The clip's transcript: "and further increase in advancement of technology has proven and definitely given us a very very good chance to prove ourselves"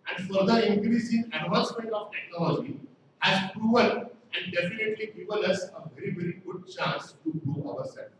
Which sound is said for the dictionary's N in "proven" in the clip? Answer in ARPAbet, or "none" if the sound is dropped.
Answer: L